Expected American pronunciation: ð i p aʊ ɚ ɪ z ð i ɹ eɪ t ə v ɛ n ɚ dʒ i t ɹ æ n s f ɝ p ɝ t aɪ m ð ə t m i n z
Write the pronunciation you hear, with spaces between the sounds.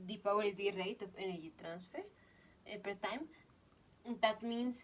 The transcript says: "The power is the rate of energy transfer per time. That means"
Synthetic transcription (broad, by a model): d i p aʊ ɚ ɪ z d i ɹ eɪ t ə f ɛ n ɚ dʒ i t ɹ æ n s f ɝ p ɝ t aɪ m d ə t m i n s